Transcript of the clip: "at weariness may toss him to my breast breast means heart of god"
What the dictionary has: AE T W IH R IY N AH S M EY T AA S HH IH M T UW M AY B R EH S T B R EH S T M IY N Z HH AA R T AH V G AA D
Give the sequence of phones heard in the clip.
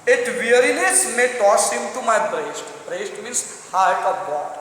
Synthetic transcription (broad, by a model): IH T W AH R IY N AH S M EY T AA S HH IH M T UW M AY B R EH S T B R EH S T M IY N S HH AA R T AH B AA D